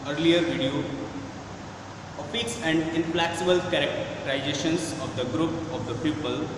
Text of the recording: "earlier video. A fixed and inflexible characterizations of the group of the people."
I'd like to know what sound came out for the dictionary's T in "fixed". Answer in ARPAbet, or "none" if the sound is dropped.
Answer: none